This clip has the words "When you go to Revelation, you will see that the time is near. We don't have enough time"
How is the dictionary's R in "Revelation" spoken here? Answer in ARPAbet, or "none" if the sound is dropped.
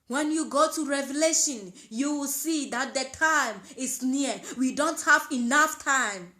R